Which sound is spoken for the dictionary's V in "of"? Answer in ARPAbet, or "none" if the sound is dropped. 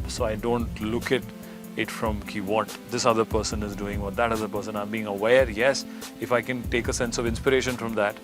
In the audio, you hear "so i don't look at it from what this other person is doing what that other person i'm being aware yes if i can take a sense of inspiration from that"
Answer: V